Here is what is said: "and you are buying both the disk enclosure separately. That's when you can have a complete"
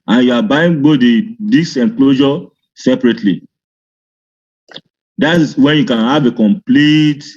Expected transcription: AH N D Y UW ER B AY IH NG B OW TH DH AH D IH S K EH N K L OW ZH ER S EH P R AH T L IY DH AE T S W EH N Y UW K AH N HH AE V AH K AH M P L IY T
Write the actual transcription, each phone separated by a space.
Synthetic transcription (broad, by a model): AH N Y UW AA B AY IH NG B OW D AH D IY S EH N K L OW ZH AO S EH P R AH T L IY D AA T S W EH N Y UW K AH N HH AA V AH K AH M P L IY T